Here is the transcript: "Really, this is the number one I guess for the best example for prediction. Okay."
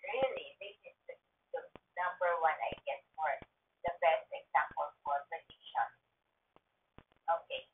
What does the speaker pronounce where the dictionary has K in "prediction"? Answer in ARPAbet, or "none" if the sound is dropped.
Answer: none